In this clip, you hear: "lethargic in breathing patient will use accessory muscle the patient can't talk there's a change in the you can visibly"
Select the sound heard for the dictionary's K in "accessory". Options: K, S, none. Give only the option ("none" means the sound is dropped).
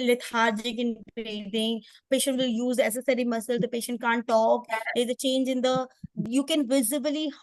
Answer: none